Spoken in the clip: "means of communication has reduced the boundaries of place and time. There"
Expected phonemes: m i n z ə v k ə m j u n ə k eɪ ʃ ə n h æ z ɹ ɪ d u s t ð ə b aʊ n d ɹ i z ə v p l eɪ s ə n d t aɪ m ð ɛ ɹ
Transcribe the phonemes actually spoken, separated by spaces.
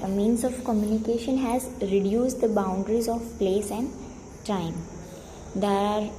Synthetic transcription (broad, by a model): m i n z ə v k ə m j u n ə k eɪ ʃ ə n h æ z ɹ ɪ d u s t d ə b aʊ n d ɹ i z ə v p l eɪ s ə n d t aɪ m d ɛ ɹ